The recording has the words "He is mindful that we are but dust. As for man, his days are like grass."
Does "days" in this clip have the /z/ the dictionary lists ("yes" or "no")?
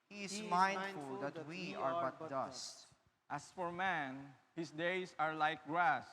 no